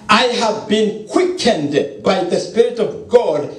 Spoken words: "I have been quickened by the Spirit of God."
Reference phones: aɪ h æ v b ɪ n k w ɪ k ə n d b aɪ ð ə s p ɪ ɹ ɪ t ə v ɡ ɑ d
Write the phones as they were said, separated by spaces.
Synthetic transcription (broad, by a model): aɪ h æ v b ɪ n k w ɪ k ə n d b aɪ ð ə s p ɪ ɹ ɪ t ə v ɡ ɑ d